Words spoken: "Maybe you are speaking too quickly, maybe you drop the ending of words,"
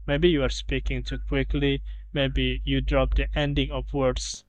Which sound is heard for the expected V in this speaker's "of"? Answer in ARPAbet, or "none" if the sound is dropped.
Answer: P